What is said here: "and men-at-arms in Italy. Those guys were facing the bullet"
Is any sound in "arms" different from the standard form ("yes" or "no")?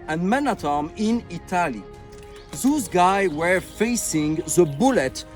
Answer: yes